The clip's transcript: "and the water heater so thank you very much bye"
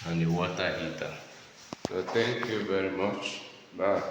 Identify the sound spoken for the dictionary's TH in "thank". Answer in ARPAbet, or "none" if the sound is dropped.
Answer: T